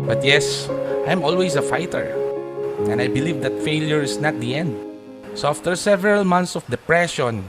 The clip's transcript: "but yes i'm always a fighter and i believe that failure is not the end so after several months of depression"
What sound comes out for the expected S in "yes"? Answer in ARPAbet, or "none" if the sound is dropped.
S